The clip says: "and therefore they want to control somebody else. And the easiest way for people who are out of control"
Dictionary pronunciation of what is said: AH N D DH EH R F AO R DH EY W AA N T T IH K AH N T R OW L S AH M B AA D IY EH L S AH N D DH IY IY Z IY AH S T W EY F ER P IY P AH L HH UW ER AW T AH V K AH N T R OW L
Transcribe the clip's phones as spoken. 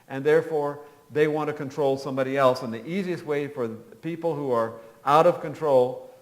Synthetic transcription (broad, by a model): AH N DH EH R F AO R DH EY W AA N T T IH K AH N T R OW L S AH M B AA D IY EH L S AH N DH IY IY Z IY AH S T W EY F ER P IY P L HH UW ER AW T AH V K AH N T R OW L